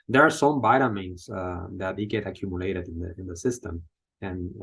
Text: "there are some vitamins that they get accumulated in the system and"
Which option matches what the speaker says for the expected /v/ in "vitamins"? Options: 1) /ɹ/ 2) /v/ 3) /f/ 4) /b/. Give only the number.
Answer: 4